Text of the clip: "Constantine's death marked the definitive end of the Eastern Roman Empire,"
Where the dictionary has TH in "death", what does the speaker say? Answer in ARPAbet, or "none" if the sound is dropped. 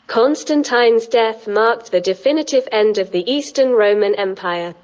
TH